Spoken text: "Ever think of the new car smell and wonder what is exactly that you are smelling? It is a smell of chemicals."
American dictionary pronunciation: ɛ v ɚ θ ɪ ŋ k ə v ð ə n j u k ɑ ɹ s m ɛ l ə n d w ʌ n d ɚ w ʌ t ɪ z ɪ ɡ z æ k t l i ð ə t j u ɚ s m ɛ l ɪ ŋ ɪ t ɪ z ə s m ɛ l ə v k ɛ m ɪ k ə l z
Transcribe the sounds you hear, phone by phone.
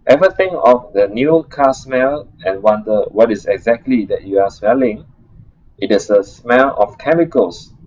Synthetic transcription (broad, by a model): ɛ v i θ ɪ ŋ ə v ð ə n j u k ɑ s m ɛ l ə n w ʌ n d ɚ w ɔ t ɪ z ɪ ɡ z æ k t l i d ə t j u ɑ s m ɛ l ɪ ŋ ɪ t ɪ s ə s m ɛ l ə f k ɛ m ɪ k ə l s